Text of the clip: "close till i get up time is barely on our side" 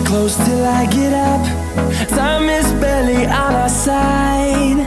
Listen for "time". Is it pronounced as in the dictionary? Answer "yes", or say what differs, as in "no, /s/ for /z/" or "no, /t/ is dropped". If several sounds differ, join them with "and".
no, /s/ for /t/